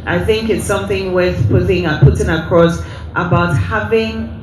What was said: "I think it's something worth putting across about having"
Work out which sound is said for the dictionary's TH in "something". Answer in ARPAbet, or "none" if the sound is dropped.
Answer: TH